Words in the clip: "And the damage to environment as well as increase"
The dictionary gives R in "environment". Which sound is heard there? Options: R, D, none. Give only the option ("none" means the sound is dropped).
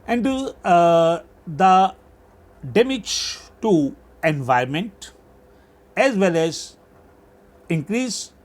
none